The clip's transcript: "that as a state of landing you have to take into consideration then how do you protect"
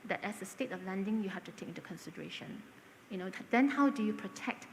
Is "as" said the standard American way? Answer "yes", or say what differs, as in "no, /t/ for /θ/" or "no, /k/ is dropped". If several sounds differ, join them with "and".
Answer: no, /s/ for /z/